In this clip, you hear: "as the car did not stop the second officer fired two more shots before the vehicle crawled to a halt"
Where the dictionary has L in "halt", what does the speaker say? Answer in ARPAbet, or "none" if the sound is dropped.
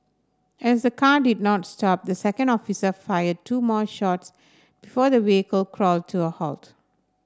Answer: L